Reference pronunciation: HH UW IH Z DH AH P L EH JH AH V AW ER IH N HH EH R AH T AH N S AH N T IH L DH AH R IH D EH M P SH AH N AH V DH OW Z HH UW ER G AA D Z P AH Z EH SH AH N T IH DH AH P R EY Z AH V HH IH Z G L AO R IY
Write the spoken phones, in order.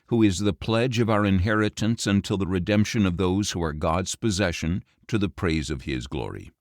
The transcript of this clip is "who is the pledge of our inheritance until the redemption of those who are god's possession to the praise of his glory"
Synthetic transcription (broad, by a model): HH UW IH Z DH AH P L EH JH AH V AW ER IH N HH EH R AH T AH N S AH N T IH L DH AH R IH D EH M P SH AH N AH V DH OW Z HH UW ER G AA D Z P AH Z EH SH AH N T IH DH AH P R EY Z AH V IH Z G L AO R IY